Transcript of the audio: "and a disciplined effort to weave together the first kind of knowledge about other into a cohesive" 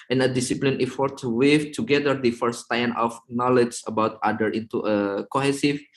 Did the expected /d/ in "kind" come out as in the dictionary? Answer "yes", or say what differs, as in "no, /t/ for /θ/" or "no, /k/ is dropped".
no, /d/ is dropped